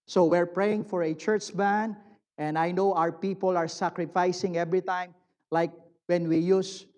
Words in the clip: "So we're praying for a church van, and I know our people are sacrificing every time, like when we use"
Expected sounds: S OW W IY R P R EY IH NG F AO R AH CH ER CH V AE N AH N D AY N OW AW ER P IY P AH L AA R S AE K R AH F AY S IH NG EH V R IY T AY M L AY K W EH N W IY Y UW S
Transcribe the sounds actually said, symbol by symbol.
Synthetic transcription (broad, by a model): S OW W IY R P R EY IH NG F AO R AH CH ER CH B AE N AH N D AY N OW AW ER P IY P AH L AA R S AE K R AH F AY S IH NG EH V R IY T AY M L AY K W EH N W IY Y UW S